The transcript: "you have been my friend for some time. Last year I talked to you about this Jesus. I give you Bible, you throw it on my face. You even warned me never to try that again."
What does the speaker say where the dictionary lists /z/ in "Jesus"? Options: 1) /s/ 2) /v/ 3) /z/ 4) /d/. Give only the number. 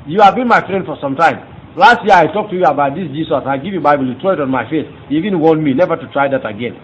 1